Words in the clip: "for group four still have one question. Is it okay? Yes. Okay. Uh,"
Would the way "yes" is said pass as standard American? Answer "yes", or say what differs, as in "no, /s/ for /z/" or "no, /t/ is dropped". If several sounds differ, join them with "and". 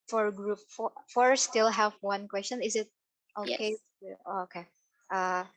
no, /s/ is dropped